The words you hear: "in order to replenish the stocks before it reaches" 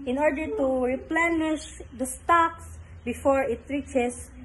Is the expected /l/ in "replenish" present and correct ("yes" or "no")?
yes